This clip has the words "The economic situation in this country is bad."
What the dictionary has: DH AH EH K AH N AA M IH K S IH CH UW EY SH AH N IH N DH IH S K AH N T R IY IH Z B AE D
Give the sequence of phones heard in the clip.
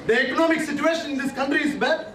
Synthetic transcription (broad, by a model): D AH EH K AH N AA M IH K S IH CH UW EY SH AH N IH N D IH S K AH N T R IY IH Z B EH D